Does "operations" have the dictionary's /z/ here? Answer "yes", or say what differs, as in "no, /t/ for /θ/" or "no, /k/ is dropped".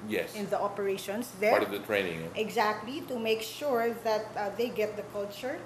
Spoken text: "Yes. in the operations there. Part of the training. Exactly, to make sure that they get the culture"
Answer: no, /s/ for /z/